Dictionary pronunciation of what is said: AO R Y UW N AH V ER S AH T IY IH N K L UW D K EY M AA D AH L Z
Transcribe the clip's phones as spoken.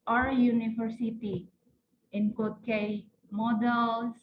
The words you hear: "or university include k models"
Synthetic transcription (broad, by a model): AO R Y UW N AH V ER S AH T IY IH N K AO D K EY M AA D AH L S